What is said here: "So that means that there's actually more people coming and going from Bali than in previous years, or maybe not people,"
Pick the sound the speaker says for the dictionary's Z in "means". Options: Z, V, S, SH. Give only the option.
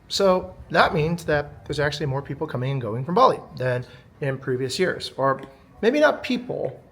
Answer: Z